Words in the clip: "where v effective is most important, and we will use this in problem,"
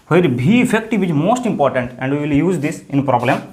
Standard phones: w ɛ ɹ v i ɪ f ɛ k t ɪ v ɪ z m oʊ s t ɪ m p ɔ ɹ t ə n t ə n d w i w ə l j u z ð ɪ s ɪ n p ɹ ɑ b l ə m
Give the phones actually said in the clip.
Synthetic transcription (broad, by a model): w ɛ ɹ b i ɪ f ɛ k t ɪ v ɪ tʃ m oʊ s t ɪ m p ɔ ɹ t ə n t ə n d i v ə l j u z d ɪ s ɪ n p ɹ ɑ b l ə m